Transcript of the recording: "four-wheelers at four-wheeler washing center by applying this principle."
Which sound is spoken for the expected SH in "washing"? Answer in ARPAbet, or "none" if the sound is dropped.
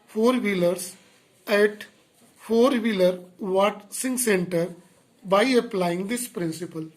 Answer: S